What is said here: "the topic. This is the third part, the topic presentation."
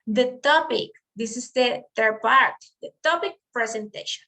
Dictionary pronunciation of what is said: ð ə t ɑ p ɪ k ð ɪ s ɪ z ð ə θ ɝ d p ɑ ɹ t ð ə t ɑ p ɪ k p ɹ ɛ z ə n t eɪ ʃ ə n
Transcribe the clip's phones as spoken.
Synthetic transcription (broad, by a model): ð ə t ɑ p ɪ k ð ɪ s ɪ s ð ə t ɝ p ɑ ɹ t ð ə t ɑ p ɪ k p ɹ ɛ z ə n t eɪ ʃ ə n